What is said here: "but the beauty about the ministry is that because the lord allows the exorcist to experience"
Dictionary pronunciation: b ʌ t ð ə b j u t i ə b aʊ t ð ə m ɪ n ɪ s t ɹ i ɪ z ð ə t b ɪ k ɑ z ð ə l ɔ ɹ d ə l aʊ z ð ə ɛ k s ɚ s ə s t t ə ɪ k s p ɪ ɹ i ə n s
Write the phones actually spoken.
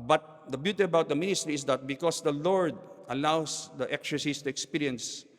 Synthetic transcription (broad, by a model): b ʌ t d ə b j u t i ə b aʊ t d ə m ɪ n ɪ s t ɹ i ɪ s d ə t b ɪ k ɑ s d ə l ɔ ɹ d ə l aʊ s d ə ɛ k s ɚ s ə s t t ə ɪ k s p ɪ ɹ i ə n s